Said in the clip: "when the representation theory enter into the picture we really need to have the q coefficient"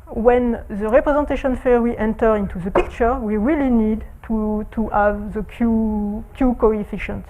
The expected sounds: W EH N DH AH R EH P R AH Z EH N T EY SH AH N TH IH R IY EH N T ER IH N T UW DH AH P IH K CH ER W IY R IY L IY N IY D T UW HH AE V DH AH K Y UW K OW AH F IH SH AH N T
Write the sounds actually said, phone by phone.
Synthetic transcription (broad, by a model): W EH N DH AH R EH P R AH Z EH N T EY SH AH N F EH W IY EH N T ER IH N T UW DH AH P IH K CH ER W IY R IY L IY N IY D T UW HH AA V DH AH K Y UW K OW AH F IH SH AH N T